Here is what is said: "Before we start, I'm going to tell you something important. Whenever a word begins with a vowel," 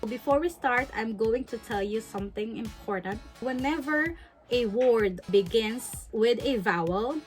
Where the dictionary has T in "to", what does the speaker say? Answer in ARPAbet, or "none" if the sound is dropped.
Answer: T